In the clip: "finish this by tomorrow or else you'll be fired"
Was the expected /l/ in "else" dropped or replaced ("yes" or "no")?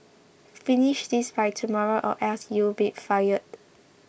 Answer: yes